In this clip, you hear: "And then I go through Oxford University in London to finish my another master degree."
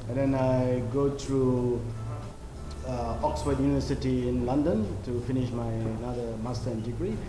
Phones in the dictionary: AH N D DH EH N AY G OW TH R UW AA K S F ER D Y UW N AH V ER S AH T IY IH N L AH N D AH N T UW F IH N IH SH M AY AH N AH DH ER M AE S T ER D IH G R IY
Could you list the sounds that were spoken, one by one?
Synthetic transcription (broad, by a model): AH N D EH N AY G OW T R UW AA K S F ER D Y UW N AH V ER S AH T IY IH N L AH N D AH N T UW F IH N IH SH M AY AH N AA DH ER M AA S T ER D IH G R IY